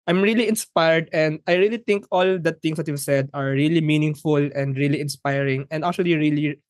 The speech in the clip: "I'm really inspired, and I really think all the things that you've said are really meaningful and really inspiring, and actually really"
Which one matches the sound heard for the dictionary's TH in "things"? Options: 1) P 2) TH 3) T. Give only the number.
3